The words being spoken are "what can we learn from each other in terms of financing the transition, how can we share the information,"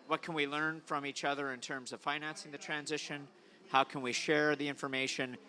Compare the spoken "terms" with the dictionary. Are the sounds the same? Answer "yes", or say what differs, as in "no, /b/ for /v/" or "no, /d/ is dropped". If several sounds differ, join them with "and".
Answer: yes